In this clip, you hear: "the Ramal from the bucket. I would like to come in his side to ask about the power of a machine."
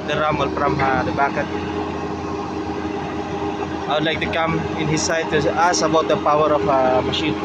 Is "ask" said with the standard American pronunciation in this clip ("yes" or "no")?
no